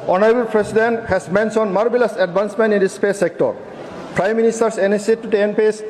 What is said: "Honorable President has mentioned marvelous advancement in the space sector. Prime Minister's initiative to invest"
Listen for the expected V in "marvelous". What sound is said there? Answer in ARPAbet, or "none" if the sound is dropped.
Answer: B